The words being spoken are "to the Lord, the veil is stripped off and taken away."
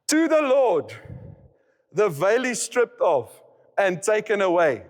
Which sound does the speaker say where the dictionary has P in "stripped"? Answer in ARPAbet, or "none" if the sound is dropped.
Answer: P